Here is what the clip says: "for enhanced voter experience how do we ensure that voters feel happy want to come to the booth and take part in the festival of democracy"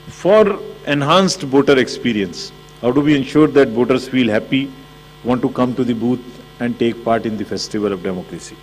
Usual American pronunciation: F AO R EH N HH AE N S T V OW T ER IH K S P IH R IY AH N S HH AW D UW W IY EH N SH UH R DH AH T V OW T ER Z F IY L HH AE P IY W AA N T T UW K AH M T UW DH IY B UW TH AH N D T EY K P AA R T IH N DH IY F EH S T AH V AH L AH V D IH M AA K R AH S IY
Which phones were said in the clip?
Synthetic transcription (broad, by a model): F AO R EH N HH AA N S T B OW T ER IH K S P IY R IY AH N S HH AW D UW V IY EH N SH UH R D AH T B OW T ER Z F IY L HH AE P IY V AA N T T UW K AH M T UW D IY B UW T AH N D T EY K P AA R T IH N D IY F EH S T AH V AH L AH V D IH M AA K R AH S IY